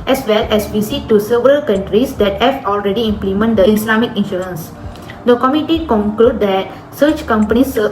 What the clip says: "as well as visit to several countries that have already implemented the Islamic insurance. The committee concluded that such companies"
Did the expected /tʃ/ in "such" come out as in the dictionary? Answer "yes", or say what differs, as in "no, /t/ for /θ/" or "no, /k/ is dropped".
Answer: yes